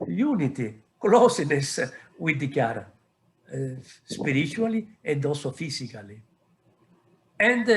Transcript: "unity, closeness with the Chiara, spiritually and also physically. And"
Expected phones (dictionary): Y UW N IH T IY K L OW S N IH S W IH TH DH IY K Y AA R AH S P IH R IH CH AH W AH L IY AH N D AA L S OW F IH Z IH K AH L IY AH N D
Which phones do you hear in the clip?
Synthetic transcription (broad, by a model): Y UW N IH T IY K L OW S N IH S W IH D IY K Y AA R AH S P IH R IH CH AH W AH L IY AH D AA S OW F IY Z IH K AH L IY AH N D